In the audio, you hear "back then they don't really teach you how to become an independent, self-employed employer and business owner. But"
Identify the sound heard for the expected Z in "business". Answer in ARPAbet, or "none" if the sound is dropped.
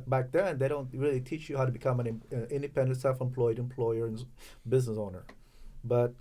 Z